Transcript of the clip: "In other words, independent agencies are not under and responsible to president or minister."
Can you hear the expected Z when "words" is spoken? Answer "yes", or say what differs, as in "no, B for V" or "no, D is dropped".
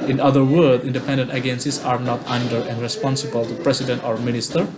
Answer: no, Z is dropped